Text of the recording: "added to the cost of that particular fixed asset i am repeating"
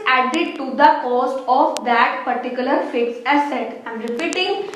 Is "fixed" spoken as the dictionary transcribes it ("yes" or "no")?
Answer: no